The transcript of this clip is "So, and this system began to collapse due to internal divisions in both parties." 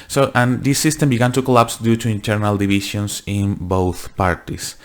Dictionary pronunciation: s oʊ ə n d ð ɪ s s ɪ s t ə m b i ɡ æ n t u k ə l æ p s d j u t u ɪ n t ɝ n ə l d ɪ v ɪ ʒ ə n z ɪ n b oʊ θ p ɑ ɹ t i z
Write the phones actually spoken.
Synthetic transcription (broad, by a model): s oʊ ə n d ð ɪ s s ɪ s t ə m b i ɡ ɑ n t u k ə l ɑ p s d j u t u ɪ n t ɝ n ə l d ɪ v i ʃ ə n s ɪ n b oʊ θ p ɑ ɹ t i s